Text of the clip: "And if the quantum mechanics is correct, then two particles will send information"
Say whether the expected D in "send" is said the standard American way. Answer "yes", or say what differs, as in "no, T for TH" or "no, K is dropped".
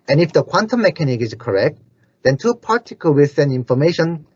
no, D is dropped